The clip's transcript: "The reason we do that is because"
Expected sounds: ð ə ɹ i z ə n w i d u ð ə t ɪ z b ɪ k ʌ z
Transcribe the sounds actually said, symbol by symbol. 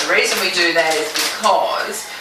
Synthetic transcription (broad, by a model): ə ɹ i z ə n w i d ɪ ð ə t ɪ z b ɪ k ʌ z